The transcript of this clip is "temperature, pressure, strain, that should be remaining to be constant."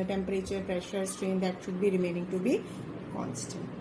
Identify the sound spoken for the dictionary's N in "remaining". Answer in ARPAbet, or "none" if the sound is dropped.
N